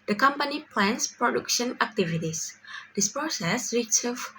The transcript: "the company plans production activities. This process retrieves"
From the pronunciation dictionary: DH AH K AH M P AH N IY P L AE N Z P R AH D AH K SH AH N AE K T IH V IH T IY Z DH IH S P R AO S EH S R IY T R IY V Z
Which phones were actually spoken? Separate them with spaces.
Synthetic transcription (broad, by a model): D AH K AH M P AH N IY P L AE N S P R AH D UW K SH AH N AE K T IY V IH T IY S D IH S P R AO S EH S R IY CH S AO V